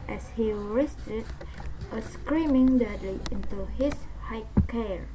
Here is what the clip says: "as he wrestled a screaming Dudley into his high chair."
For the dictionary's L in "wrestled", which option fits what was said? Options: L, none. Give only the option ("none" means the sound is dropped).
none